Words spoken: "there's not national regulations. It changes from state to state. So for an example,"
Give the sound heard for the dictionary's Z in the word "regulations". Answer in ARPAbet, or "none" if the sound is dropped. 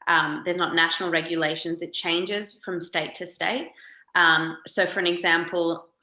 Z